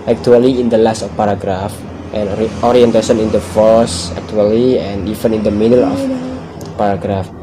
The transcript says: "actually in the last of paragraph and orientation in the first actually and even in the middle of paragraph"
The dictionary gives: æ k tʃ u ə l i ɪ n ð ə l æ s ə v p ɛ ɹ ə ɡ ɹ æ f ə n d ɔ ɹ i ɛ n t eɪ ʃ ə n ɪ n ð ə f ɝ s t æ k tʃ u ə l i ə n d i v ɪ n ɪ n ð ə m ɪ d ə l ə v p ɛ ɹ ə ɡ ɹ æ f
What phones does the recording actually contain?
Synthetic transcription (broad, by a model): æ k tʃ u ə l i ɪ n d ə l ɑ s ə f p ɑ ɹ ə ɡ ɹ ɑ f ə n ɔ ɹ i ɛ n t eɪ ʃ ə n ɪ n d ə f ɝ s æ k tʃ u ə l i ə n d i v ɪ n ɪ n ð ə m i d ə l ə f p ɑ ɹ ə ɡ ɹ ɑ f